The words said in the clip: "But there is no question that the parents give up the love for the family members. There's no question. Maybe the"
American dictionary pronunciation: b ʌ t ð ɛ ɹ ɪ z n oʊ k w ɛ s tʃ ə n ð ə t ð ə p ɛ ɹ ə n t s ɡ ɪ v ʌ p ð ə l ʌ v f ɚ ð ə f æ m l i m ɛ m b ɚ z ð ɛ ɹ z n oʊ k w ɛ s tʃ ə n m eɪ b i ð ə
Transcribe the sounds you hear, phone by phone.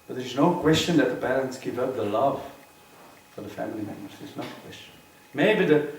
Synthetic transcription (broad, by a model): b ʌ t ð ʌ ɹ ɪ z n oʊ k w ɛ s tʃ ə n ð ə t ð ə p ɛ ɹ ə n t s ɡ ɪ v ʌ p ð ə l ʌ v f ɚ ð ə f æ m l i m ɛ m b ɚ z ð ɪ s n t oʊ k w ɛ s tʃ ə n m eɪ b i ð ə